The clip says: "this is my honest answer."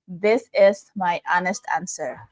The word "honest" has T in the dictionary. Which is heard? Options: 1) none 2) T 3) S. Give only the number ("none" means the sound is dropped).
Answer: 2